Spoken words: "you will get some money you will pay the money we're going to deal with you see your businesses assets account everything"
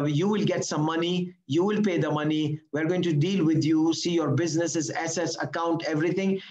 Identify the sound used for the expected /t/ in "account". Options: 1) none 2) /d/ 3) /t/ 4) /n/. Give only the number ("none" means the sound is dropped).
3